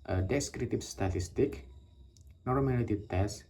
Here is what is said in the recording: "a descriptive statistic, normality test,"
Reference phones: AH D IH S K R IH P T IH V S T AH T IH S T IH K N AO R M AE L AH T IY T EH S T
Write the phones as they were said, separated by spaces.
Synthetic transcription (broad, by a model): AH D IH S K R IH T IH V S T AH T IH S T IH K N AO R M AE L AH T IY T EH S